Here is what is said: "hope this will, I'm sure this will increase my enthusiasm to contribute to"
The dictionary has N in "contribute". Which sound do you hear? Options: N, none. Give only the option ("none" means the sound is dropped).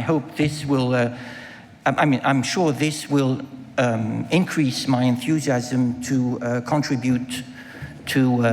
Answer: N